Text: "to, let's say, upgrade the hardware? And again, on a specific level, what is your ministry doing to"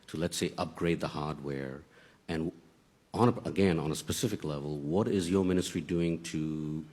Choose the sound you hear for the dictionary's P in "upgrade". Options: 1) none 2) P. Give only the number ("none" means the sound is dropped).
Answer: 2